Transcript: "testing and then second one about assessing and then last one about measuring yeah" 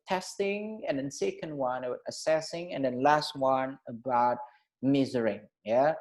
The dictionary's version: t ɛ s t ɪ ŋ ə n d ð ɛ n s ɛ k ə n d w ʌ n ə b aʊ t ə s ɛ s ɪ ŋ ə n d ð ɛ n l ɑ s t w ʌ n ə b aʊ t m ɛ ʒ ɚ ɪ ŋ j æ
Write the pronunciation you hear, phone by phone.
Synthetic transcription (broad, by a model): t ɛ s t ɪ ŋ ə n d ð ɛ n s ɛ k ə n d w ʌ n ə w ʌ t ə s ɛ s ɪ ŋ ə n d ð ɛ n l ɑ s t w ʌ n ə b aʊ t m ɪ z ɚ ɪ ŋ j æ